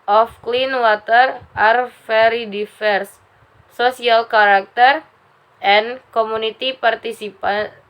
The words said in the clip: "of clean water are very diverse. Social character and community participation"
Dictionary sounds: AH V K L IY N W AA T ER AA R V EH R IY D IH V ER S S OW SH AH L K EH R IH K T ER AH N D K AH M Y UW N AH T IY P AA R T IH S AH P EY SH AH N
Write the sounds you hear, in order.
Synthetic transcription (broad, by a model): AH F K L IY N W AA T ER AA R F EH R IY D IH F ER S S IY AH L K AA R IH K T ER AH N K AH M UW N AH T IY P AA R T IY S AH P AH